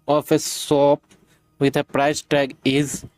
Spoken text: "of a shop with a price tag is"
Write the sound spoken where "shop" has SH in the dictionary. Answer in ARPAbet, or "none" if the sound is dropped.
S